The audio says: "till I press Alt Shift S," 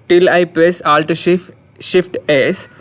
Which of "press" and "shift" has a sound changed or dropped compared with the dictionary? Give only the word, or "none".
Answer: none